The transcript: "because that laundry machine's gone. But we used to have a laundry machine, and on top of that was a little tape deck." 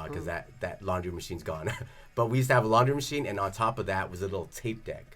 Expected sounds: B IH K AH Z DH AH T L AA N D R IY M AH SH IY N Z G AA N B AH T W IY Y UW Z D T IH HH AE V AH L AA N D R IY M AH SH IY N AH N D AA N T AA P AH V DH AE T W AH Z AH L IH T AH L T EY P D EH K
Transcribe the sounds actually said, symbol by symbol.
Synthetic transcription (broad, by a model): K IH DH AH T DH AH T L AA N D R IY M AH SH IY N Z G AA N B AH T W IY Y UW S T IH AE V AH L AA N D R IY M AH SH IY N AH N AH N T AA P AH V DH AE T W AH Z AH L IH T L T EY P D EH K